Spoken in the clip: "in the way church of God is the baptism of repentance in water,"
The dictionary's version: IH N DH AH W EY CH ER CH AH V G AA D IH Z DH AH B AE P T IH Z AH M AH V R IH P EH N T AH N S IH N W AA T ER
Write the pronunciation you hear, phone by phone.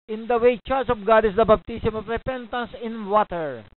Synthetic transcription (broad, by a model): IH N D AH W EY CH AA S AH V G AA D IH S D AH B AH B T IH S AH M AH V R IH P EH N T AH N S IH N W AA T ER